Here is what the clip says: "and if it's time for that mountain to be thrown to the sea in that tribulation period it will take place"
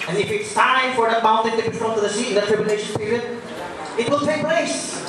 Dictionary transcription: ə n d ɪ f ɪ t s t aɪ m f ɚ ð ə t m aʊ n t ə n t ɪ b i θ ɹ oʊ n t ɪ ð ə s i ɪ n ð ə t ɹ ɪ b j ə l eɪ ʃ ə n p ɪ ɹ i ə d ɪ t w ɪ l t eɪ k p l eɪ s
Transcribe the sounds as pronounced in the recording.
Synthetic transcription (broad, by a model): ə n ɪ f ɪ t s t aɪ f ɚ ð ə t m aʊ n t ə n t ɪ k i f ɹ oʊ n t ɪ ð ə s i ɪ n ð ə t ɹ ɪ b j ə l eɪ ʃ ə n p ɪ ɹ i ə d ɪ t w ɪ l t eɪ k p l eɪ s